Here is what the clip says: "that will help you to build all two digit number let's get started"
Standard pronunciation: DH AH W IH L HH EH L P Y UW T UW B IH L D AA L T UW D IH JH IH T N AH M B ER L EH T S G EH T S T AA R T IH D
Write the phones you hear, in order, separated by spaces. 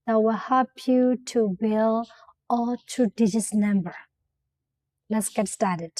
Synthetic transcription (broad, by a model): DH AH W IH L HH EH L P Y UW T UW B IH L AA L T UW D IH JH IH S N AH M B ER L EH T S G EH T S T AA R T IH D